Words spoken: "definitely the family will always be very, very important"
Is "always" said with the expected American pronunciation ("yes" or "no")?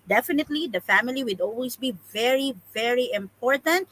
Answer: no